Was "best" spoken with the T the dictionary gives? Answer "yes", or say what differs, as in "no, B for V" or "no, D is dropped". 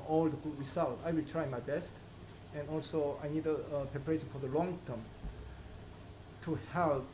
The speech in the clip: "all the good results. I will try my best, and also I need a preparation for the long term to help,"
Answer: yes